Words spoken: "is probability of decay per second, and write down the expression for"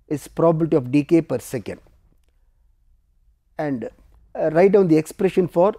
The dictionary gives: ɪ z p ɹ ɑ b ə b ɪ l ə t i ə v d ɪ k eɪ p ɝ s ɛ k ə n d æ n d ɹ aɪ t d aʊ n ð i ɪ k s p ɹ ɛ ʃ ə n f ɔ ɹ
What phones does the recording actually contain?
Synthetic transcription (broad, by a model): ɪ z p ɹ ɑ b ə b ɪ l t i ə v d ɪ k eɪ p ɝ s ɛ k ə n d æ n d ɹ aɪ t d aʊ n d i ɪ k s p ɹ ɛ ʃ ə n f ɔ ɹ